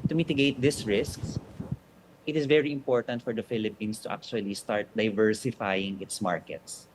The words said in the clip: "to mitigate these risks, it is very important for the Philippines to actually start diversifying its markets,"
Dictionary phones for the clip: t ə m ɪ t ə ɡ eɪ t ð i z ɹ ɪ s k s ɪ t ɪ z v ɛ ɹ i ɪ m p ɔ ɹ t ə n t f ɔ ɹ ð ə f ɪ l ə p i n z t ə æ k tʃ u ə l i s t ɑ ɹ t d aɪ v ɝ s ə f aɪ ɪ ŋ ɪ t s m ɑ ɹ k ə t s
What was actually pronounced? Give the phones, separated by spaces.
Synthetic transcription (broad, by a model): t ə m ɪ t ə ɡ eɪ t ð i s ɹ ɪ s k s ɪ t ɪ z v ɛ ɹ i ɪ m p ɔ ɹ t ə n t f ɔ ɹ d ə f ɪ l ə p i n s t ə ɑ k tʃ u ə l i s t ɑ ɹ t d aɪ v ɝ s ə f aɪ ɪ ŋ ɪ t s m ɑ ɹ k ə t s